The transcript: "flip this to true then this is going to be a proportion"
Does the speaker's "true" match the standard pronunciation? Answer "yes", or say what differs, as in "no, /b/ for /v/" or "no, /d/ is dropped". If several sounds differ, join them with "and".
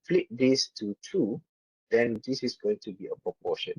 no, /ɹ/ is dropped